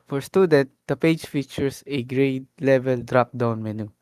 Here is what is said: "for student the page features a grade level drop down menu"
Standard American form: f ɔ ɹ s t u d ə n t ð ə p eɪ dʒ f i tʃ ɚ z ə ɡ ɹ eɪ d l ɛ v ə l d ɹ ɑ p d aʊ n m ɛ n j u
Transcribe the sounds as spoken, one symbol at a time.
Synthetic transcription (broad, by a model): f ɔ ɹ s t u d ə t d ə p eɪ dʒ f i tʃ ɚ s ə ɡ ɹ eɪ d l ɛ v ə l d ɹ ɑ p d aʊ n m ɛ n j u